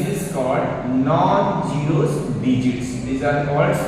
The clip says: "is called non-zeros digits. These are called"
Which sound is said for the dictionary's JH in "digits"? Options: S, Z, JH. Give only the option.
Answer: JH